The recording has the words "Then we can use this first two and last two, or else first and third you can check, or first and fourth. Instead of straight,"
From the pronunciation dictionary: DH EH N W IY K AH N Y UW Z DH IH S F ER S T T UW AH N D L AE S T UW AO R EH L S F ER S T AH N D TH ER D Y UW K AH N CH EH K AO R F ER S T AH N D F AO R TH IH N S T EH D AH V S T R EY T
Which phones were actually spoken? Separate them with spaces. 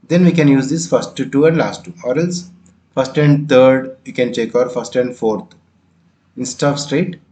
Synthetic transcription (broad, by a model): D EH N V IY K AH N Y UW Z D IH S F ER S T T UW AH N D L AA S T UW AO R EH L S F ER S T AH N D T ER D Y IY K AH N CH EH K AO R F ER S T AH N D F AO R T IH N S T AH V S T R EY T